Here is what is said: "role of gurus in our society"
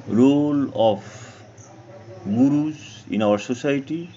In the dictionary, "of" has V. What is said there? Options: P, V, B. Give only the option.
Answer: P